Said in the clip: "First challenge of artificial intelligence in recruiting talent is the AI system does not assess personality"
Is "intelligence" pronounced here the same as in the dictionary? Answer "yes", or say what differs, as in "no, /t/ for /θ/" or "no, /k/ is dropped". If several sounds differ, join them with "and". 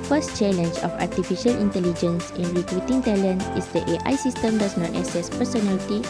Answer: yes